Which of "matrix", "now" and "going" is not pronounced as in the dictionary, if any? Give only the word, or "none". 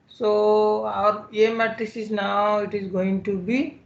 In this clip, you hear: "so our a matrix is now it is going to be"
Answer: matrix